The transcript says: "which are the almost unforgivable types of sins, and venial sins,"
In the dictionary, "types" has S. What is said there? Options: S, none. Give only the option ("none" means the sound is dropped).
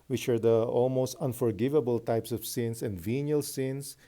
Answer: S